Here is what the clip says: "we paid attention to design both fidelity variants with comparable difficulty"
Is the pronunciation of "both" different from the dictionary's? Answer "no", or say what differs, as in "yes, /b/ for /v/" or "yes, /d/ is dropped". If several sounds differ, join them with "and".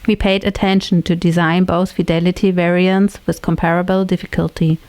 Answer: no